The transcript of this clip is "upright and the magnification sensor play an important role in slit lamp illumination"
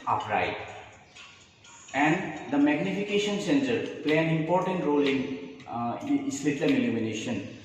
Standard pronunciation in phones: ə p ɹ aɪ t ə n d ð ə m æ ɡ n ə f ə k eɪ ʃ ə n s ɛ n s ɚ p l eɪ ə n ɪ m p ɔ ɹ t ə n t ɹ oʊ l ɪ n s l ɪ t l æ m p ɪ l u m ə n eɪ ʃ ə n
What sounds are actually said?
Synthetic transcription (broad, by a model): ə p ɹ aɪ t ə n d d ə m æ ɡ n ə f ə k eɪ ʃ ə n s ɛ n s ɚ p l eɪ ə n ɪ m p ɔ ɹ t ə n t ɹ oʊ l ɪ n s l ɪ t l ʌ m ɪ l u m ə n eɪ ʃ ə n